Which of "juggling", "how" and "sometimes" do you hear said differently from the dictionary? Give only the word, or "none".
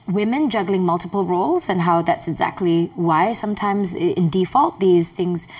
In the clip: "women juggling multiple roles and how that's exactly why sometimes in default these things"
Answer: none